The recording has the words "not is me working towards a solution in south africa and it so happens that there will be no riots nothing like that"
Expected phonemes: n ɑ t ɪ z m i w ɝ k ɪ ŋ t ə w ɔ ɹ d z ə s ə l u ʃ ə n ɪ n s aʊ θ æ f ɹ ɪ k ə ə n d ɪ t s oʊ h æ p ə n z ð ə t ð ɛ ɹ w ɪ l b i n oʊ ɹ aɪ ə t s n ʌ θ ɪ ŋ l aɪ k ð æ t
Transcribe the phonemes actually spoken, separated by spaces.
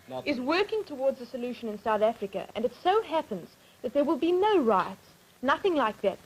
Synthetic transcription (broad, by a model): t ɪ z w ɝ k ɪ ŋ t ə w ɔ ɹ d z ə s ə l u ʃ ə n ɪ n s aʊ θ æ f ɹ ɪ k ə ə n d ɪ t s oʊ h æ p ə n z ð ə t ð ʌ ɹ w ɪ l b i n oʊ ɹ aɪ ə t s n ʌ θ ɪ ŋ l aɪ k ð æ t